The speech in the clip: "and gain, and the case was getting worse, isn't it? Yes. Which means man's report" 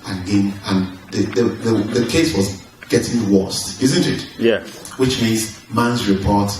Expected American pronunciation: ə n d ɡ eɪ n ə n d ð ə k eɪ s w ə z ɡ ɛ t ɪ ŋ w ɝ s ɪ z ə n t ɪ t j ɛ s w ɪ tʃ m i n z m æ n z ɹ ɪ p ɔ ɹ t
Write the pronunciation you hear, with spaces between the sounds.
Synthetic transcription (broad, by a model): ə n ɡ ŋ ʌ n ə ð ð ð ə k eɪ s w ə z ɡ ɛ t ɪ ŋ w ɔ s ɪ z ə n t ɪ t j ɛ w ɪ tʃ m i n z m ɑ n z ɹ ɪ p ɔ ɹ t